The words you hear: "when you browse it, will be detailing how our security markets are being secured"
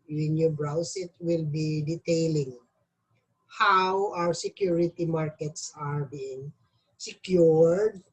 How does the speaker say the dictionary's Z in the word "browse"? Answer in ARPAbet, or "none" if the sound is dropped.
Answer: S